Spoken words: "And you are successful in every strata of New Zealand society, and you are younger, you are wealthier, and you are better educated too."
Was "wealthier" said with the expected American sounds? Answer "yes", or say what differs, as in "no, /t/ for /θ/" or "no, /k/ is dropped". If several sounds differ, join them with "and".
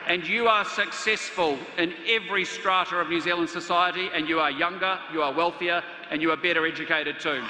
yes